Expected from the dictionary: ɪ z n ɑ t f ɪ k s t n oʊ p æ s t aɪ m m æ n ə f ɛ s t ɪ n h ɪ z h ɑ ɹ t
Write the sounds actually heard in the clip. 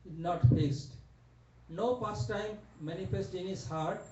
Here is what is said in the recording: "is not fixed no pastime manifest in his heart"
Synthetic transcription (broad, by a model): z n ɑ t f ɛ s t n oʊ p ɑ s t aɪ m m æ n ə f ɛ s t ɪ n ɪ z h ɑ ɹ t